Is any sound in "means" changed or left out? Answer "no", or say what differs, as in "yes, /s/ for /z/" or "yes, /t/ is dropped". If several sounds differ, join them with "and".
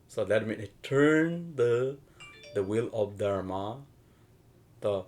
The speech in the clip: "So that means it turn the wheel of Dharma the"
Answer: yes, /z/ is dropped